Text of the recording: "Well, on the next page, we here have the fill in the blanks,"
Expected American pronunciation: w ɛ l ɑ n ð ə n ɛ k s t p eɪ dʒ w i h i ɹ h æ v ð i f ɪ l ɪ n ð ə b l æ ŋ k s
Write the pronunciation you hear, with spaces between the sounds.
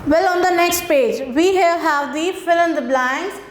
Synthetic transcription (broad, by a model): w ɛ l ɑ n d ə n ɛ k s t p eɪ dʒ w i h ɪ l h æ v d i f ɪ l ɪ n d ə b l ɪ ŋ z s